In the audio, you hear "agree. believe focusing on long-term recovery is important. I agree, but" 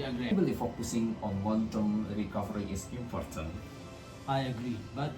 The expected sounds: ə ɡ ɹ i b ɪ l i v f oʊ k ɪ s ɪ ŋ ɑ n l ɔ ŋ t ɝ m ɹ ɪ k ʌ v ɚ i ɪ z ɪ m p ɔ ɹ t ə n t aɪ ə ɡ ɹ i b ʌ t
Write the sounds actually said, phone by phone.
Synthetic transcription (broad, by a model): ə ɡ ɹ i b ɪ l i f oʊ k ɪ s ɪ ŋ ɑ n w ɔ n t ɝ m ɹ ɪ k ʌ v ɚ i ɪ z ɪ m p ɔ ɹ t ə n t aɪ ə ɡ ɹ i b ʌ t